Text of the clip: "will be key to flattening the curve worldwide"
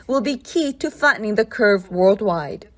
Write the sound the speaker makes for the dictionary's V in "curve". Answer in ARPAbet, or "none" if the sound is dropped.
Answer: V